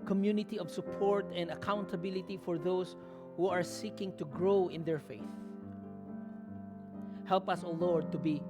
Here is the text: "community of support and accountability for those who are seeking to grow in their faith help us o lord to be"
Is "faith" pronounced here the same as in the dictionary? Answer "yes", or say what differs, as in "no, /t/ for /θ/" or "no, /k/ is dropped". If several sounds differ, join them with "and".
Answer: yes